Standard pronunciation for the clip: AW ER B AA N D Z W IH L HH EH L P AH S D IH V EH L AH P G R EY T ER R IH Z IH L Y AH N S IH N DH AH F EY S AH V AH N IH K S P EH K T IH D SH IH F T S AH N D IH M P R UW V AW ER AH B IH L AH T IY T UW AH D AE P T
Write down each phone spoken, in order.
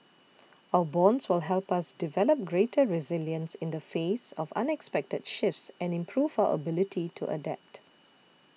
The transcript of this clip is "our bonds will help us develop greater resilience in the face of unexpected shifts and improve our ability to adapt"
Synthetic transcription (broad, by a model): AW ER B AA N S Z W IH L HH EH L P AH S D IH V EH L AH P G R EY T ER R IH Z IH L Y AH N S IH N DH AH F EY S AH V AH N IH K S P EH K T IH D SH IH F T S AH N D IH M P R UW V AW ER AH B IH L AH T IY T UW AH D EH P T